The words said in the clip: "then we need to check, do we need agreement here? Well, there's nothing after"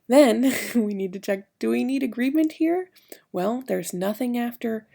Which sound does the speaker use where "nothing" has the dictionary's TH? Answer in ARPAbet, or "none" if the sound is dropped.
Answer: TH